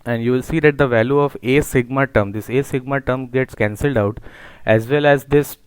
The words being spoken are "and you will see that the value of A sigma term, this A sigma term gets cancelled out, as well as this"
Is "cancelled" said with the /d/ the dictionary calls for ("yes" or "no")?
yes